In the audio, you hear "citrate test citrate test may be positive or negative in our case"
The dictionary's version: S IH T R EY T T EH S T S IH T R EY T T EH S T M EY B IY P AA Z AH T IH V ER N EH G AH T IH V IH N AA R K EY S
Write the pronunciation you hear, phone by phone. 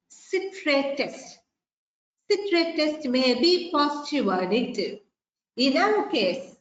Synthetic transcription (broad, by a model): S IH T R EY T T EH S T S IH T R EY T T EH S T M EY B IY P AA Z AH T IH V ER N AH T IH IH N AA W K EY S